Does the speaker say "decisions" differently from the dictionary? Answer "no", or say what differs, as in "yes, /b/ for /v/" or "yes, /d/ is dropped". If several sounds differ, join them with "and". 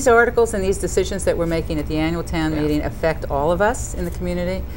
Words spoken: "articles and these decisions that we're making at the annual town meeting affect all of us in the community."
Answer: no